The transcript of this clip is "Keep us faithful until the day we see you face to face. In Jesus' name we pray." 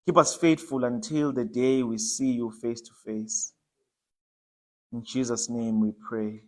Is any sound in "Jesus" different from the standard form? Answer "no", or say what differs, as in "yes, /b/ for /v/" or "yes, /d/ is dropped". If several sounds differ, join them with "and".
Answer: no